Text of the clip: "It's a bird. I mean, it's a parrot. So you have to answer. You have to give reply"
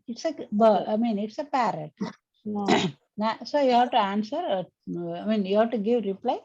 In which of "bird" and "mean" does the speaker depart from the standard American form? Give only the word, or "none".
bird